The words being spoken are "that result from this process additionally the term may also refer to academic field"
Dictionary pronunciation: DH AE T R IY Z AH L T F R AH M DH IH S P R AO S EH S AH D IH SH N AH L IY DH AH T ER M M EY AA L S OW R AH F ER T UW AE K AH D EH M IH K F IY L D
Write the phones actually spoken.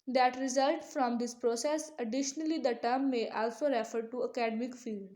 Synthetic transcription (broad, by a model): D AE T R IY Z AH L T F R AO M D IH S P R AO S EH S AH D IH SH N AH L IY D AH T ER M M EY AA L S OW R AH F ER T UW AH K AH D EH M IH K F IY L D